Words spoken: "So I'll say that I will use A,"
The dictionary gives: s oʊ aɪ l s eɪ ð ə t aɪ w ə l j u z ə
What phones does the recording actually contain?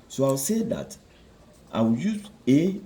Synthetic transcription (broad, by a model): s oʊ aɪ w s eɪ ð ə t aɪ w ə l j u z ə